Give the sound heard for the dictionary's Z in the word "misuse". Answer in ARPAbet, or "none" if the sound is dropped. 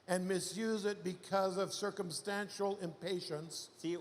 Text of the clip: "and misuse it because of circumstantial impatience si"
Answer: Z